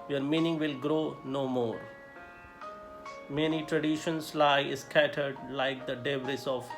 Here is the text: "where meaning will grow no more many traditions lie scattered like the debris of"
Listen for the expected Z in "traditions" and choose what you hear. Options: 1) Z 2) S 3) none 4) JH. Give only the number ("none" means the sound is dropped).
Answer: 2